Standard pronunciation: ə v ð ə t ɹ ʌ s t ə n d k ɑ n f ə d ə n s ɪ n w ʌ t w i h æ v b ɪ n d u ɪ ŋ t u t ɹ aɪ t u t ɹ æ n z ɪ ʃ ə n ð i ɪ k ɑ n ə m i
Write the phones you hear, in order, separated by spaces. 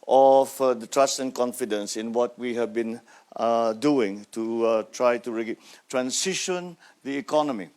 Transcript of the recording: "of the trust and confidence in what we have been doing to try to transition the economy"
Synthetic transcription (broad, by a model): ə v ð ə t ɹ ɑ s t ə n k ɑ n f ə d ə n s ɪ n w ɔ t w i h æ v b ɪ n d u ɪ ŋ t u t ɹ aɪ t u t ɹ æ n s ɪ ʃ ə n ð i k ɑ n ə m i